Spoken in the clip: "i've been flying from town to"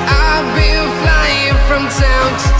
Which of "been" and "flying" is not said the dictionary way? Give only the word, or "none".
been